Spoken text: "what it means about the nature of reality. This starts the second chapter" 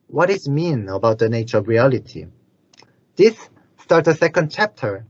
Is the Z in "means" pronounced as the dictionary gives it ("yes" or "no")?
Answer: no